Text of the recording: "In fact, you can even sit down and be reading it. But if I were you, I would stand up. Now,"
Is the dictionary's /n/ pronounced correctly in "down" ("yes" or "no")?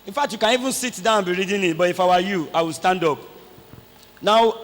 no